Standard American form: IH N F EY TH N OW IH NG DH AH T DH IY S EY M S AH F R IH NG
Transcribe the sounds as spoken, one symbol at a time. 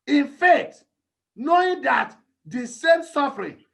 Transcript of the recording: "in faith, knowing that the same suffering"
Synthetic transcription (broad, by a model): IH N F EY T N OW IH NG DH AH T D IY S EY M S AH F R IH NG